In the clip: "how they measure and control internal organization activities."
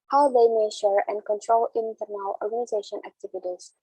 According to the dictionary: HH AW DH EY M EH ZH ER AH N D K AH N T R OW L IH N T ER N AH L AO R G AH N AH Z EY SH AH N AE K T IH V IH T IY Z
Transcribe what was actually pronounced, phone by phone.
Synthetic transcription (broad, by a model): HH AW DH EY M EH SH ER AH N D K AH N T R OW L IH N T ER N AH L AO R G AH N AH Z EY SH AH N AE K T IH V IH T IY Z